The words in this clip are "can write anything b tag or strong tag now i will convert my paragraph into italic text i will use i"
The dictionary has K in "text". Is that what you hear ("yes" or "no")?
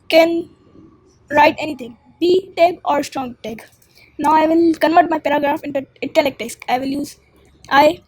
no